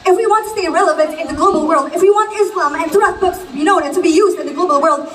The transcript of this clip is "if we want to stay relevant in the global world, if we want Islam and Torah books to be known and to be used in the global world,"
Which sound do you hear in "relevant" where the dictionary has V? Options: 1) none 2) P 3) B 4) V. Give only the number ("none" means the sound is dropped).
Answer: 4